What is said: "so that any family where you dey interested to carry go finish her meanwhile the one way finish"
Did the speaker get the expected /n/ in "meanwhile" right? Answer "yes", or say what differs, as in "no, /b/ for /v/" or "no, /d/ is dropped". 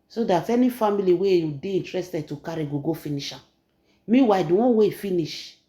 no, /n/ is dropped